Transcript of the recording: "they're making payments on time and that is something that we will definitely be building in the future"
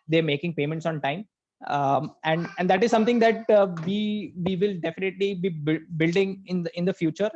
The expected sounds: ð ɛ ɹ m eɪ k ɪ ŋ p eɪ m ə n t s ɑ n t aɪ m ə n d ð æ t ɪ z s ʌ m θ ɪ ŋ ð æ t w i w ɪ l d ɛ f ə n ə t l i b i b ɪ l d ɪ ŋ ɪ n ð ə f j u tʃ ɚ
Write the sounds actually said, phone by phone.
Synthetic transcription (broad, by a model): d ɛ ɹ m eɪ k ɪ ŋ p eɪ m ə n t s ɑ n t aɪ m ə n d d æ t ɪ z s ʌ m t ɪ ŋ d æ t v i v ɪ l d ɛ f ə n ə t l i b i b ɪ l d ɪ ŋ ɪ n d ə f j u tʃ ɚ